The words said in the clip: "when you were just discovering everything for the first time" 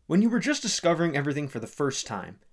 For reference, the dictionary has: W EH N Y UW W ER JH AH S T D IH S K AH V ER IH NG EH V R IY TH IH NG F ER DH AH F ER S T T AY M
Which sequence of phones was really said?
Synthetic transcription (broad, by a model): W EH N Y UW W ER JH AH S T D IH S K AH V ER IH NG EH V R IY TH IH NG F ER DH AH F ER S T T AY M